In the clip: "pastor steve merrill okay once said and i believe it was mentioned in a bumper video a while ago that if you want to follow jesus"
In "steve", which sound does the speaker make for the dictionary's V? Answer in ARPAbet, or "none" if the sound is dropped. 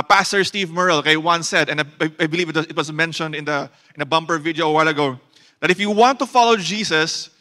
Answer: V